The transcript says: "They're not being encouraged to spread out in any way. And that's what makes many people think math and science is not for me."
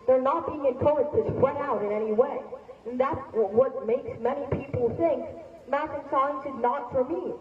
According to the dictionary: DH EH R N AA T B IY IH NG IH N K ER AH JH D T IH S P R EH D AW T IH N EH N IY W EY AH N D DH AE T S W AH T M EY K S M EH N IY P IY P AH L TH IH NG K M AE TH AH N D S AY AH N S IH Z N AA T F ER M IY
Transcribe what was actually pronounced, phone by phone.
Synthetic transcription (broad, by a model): DH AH R N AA T B IY IH NG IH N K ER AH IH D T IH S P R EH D AW T IH N EH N IY W EY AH N DH AE T S W AH T M EY K S M EH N IY P IY P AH L TH IH NG K M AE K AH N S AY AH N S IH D N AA T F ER M IY